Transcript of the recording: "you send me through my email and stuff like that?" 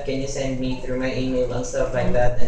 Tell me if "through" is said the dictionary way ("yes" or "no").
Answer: yes